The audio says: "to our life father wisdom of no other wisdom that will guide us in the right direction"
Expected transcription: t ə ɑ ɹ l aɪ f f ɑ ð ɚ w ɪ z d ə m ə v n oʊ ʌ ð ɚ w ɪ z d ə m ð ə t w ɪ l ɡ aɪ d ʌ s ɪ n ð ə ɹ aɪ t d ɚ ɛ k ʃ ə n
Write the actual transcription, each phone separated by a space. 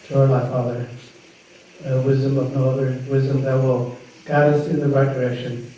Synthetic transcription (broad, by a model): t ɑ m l aɪ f f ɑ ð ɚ w ɪ z d ə m ə v n oʊ ʌ ð ɚ w ɪ z d ə m ð ə t w ɪ l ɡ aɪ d ʌ s ɪ n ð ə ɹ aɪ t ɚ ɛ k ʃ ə n